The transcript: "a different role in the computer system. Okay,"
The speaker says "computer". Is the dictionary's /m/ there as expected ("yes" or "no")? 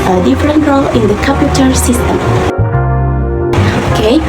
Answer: no